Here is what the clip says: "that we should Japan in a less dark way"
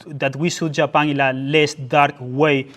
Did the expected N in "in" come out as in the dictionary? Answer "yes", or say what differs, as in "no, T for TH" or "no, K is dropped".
no, L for N